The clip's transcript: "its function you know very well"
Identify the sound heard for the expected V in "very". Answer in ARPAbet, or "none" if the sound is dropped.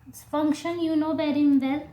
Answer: B